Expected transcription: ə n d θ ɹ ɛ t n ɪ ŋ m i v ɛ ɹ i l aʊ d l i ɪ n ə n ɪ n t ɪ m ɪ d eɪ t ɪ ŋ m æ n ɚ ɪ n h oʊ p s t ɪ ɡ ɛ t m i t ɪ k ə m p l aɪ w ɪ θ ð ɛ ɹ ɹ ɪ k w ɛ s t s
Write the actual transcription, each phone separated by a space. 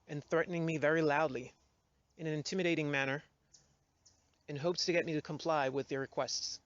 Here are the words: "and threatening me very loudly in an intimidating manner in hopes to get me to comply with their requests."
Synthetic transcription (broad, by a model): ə n θ ɹ ɛ t n ɪ ŋ m i v ɛ ɹ i l aʊ d l i ɪ n ə n ɪ n t ɪ m ɪ d eɪ t ɪ ŋ m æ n ɚ ɪ n h oʊ p s t ɪ ɡ ɛ t m i t ɪ k ə m p l aɪ w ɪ ð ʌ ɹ ɹ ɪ k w ɛ s t s